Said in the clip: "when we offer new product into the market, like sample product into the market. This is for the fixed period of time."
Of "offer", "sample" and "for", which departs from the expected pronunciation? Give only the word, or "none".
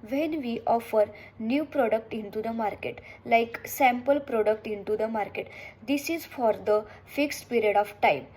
none